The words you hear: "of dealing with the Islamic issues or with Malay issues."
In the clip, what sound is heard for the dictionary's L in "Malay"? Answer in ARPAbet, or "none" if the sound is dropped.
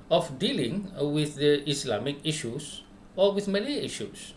N